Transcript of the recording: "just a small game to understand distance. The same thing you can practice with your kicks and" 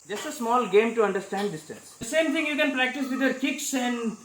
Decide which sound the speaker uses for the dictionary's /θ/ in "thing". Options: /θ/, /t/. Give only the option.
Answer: /t/